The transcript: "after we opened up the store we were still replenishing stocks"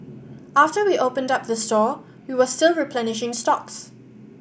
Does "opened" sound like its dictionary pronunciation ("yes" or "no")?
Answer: yes